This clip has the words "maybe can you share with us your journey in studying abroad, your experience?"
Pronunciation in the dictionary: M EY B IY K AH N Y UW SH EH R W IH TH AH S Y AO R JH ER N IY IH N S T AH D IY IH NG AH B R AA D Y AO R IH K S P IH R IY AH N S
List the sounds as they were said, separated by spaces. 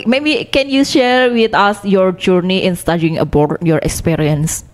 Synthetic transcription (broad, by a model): M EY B IY K AH N Y UW SH EH R W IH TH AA S Y AO R JH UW N IY IH N S T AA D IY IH NG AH B AA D Y AO R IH K S P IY R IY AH N S